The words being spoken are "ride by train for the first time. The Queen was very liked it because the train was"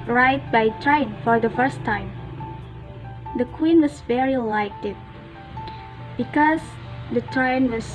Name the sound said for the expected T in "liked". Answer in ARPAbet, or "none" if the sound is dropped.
none